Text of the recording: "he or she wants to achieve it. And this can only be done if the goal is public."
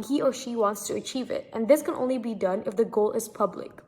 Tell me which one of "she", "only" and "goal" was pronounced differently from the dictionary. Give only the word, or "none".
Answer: none